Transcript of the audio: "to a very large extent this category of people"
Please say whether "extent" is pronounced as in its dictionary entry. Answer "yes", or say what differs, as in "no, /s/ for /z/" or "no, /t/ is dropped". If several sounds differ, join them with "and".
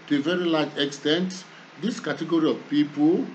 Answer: yes